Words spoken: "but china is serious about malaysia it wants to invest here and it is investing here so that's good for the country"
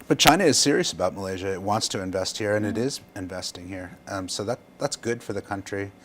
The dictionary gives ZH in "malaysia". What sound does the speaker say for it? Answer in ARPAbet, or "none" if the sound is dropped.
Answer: ZH